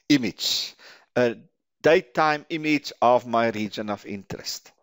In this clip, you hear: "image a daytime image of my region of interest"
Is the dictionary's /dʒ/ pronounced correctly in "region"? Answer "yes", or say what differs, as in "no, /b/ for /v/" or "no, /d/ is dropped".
yes